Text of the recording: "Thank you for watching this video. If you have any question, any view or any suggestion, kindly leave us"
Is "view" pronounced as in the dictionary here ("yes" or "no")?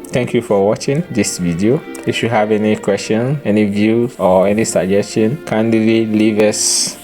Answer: yes